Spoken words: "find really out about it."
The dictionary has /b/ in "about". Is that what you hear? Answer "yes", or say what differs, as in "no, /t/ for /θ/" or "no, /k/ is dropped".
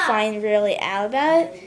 no, /b/ is dropped